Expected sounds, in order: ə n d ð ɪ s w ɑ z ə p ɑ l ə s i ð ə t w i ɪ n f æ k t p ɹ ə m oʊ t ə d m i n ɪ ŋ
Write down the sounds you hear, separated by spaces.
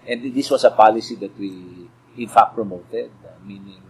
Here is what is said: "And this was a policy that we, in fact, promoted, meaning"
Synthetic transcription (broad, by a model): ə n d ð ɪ s w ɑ s ə p ɑ l ə s i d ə t w i ɪ n f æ k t p ɹ ə m oʊ t ə d m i n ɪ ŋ